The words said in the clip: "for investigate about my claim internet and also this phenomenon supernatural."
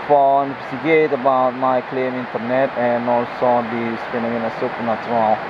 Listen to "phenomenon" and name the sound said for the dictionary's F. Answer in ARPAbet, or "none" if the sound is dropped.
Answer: P